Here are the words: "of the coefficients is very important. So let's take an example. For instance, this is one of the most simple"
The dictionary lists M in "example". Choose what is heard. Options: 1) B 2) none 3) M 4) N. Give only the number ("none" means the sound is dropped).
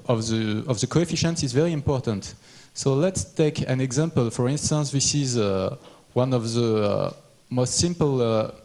3